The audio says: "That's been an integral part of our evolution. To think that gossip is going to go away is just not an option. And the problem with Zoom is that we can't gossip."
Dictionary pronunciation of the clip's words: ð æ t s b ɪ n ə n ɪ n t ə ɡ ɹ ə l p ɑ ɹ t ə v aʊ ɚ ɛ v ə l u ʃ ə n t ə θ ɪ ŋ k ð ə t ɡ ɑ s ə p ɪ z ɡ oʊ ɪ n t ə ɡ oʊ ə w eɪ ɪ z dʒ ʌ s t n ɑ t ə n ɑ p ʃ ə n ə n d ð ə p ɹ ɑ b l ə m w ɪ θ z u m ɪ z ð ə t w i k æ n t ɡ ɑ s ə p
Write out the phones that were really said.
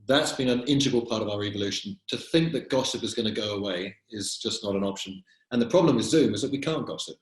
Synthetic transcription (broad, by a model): ð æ t s b ɪ n ə n ɪ n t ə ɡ ə l p ɑ ɹ t ə v aʊ ɚ ɛ v ə l u ʃ ə n t ə θ ɪ ŋ k ð ə t ɡ ɑ s ə p ɪ z ɡ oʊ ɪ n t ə ɡ oʊ ə w eɪ ɪ z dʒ ʌ s n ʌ t ə n ɑ p ʃ ə n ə n ð ə p ɹ ɑ b l ə m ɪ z z u m ɪ z ð ə t w i k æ n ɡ ɑ s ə p